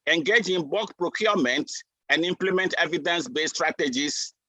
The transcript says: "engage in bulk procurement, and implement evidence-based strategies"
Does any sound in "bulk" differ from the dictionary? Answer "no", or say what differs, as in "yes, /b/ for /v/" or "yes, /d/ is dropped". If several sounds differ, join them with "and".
yes, /l/ is dropped